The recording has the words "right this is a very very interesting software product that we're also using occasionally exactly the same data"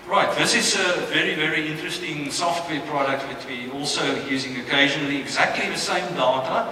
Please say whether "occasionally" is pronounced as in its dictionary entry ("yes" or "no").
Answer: yes